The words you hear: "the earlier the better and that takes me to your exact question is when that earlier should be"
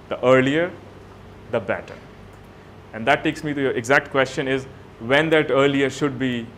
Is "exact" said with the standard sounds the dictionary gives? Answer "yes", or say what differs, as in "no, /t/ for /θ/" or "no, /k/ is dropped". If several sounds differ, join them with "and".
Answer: yes